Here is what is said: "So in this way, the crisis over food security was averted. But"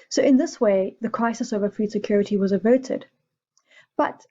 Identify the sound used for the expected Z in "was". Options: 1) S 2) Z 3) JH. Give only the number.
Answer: 2